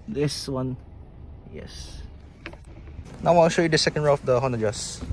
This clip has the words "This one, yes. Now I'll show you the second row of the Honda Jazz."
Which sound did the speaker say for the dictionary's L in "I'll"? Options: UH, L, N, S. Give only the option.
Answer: N